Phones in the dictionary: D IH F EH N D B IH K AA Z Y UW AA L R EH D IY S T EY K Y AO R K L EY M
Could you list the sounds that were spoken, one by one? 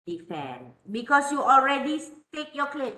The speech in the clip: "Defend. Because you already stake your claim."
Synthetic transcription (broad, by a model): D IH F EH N B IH K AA S Y UW AA L R EH D IY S T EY K Y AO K L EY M